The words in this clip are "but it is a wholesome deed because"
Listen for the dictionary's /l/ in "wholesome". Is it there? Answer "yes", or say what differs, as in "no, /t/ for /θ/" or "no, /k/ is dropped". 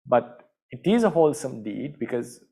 yes